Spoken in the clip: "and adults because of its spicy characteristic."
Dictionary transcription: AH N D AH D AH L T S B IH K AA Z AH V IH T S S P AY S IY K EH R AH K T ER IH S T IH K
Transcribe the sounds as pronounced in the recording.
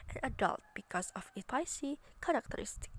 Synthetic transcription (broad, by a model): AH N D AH D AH L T B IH K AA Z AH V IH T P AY S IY K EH R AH K T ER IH S T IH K